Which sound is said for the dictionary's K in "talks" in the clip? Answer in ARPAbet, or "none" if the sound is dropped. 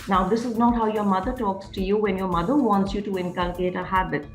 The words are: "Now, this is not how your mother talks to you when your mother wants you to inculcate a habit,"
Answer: K